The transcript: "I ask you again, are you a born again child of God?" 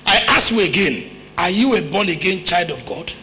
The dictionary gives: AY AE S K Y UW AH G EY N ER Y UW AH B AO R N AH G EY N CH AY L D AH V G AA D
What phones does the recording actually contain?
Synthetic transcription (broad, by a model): AY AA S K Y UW AH G EY N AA Y UW AH B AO N AH G EY N CH AY L D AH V G AA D